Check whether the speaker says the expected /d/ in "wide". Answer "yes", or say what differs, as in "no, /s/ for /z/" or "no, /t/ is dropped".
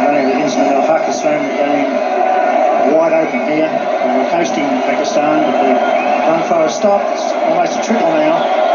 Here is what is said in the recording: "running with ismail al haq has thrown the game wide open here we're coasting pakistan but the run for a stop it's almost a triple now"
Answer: yes